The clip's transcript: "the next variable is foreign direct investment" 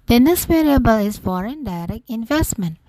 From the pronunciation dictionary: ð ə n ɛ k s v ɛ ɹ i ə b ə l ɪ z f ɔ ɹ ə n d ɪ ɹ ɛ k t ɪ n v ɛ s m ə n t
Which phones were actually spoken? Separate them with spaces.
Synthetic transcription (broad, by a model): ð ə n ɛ s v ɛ ɹ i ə b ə l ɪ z f ɔ ɹ ə n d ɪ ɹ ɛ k ɪ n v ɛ s m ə n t